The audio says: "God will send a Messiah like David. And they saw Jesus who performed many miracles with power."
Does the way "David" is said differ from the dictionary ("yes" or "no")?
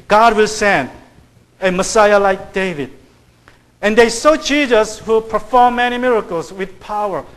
no